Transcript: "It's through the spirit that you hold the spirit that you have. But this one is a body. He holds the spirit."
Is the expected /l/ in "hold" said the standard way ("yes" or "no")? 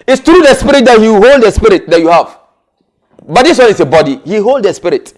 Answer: yes